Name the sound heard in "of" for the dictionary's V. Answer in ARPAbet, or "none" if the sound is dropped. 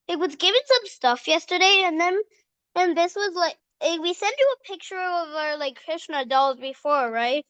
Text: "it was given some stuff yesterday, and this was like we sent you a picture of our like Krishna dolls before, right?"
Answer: V